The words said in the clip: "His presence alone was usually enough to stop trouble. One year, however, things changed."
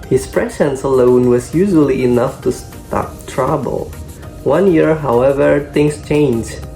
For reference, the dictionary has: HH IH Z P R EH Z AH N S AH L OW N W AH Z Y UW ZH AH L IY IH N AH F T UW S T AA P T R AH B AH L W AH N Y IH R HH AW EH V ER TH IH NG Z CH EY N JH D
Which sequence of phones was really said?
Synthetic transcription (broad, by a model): HH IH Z P R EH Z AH N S AH L OW N W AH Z Y UW ZH AH L IY IH N AH F T UW S T AA P T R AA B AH L W AH N Y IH R HH AW EH V ER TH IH NG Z CH EY N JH